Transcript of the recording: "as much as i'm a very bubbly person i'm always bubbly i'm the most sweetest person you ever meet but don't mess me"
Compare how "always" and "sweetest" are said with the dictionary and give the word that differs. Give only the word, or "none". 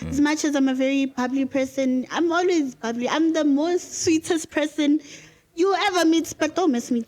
none